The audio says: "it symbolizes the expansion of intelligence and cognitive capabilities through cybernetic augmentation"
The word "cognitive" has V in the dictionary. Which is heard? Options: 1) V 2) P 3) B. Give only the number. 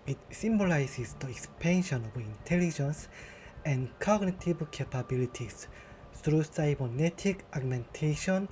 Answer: 3